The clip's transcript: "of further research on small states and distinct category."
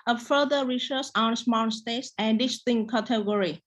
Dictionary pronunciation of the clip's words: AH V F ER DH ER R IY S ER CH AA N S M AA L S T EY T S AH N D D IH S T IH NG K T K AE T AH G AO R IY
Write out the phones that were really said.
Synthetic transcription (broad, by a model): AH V F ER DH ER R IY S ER S AA N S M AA N S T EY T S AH N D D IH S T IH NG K K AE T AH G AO R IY